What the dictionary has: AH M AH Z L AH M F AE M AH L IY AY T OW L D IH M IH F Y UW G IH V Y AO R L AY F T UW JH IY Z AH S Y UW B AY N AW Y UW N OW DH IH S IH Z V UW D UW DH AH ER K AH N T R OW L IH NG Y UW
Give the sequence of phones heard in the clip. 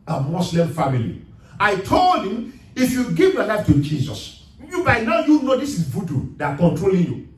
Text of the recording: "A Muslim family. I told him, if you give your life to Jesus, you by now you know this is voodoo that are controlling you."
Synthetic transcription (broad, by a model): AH M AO S L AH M F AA M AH L IY AY T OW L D IH M IH F Y UW G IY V Y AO L AY F T UW JH IY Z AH S Y UW B AY N AW Y UW N OW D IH S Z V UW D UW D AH K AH N T R OW L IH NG Y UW